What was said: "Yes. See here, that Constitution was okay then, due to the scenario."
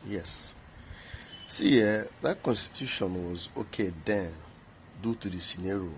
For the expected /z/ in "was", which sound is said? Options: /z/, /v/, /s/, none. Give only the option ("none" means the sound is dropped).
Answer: /z/